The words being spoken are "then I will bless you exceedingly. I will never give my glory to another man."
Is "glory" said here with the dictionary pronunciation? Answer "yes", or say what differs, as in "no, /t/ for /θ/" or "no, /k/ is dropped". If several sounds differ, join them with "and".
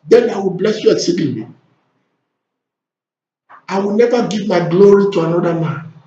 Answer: yes